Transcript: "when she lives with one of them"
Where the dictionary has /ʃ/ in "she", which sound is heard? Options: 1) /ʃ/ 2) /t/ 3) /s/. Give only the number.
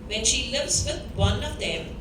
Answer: 1